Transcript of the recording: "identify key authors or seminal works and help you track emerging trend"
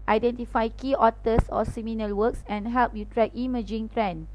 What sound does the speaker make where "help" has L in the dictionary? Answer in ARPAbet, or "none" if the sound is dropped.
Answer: L